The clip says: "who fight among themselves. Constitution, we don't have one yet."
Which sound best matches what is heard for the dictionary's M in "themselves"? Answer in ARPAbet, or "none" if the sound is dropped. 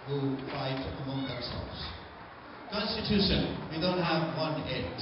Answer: none